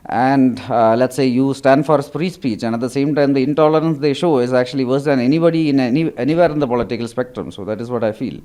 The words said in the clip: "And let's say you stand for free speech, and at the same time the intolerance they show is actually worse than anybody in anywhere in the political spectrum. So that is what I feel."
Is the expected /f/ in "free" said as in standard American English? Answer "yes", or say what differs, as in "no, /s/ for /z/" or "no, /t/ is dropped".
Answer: no, /p/ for /f/